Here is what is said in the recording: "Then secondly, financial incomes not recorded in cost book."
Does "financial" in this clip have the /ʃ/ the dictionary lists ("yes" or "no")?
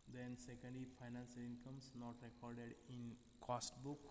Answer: no